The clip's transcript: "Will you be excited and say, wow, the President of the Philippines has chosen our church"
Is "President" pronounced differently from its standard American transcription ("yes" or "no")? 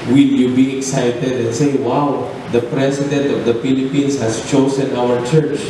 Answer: yes